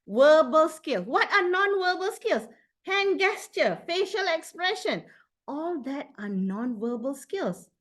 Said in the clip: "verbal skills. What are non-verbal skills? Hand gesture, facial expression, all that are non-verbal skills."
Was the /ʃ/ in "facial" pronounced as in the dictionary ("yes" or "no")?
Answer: yes